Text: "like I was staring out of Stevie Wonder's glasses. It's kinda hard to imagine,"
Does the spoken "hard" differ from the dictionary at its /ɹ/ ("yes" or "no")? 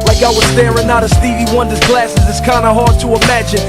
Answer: no